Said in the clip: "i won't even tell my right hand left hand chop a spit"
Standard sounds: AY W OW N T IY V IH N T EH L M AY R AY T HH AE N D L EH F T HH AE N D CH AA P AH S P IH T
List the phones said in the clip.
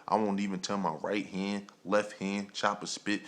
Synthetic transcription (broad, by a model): AY W OW N T IY V IH N T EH N M AY R AY T HH AE N D L EH F T HH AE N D CH AA P AH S P IH T